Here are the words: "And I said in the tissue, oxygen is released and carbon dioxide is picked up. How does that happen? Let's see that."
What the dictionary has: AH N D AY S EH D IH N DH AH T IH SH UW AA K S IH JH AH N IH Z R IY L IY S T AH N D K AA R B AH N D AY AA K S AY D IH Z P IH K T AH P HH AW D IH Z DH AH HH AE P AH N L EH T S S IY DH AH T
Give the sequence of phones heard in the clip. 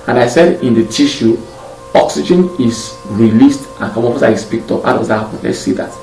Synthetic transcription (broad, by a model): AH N AY S EH D IH N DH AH T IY SH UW AA K S IH JH AH N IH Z R IY L IY S T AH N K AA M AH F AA S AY IH S P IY K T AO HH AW D IH Z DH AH HH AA P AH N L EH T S S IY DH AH T